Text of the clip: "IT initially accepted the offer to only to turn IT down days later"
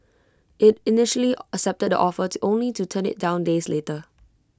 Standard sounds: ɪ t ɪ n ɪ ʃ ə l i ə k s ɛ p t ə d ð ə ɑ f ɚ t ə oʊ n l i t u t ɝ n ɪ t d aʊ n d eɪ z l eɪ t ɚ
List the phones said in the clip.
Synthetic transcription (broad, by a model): ɪ t ɪ n ɪ ʃ ə l i ə k s ɛ p t ə d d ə ɑ f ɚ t oʊ n l i t u t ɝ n ɪ t d aʊ n d eɪ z l eɪ t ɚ